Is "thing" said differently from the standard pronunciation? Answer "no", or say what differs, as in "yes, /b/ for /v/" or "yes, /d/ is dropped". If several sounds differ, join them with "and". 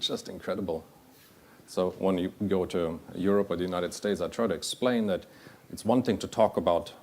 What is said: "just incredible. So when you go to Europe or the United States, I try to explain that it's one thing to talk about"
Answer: no